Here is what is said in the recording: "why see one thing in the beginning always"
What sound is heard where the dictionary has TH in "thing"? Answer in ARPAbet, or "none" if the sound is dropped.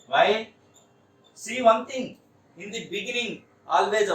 T